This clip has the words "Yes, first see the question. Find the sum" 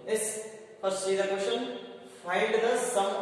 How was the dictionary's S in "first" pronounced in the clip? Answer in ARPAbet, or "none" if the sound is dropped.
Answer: none